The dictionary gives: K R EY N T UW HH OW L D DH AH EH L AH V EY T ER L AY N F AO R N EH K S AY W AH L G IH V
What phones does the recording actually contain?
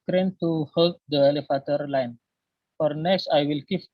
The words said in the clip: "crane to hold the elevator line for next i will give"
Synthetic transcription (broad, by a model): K R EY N T UW HH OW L D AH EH L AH F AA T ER L AY N F AO R N EH K S AY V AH L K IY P